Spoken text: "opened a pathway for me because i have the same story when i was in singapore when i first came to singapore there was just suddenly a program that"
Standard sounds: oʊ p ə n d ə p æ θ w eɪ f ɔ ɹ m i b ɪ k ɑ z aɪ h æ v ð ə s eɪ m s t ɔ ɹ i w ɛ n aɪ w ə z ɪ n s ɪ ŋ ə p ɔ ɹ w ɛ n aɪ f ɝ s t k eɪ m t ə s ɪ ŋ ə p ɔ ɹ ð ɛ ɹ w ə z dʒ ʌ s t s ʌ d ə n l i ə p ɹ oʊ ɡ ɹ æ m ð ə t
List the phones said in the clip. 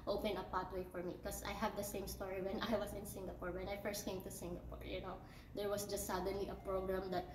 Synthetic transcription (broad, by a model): oʊ p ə n ə p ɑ t w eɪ f ɔ ɹ m i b k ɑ s aɪ h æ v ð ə s eɪ m s t ɔ ɹ i w ɛ n aɪ w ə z ɪ n s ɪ ŋ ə p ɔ ɹ w ɛ n aɪ f ɝ s t k eɪ m t ə s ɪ ŋ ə p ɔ ɹ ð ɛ ɹ w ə s dʒ ʌ s t s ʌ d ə n l i ə p ɹ oʊ ɡ ɹ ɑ m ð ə t